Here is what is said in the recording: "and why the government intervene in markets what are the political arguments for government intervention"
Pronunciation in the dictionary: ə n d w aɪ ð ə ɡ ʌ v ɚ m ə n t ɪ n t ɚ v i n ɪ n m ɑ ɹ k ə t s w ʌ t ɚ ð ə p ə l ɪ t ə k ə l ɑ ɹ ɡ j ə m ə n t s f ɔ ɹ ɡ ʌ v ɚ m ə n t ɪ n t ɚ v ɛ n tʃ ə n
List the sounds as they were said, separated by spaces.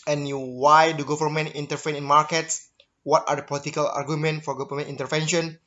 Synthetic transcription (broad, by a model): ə n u w aɪ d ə ɡ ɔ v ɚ m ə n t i n t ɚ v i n ɪ n m ɑ ɹ k ə t s w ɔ t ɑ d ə p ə l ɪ t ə k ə l ɑ ɹ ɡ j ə m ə n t f ɔ ɹ ɡ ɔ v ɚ m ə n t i n t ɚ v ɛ n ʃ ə n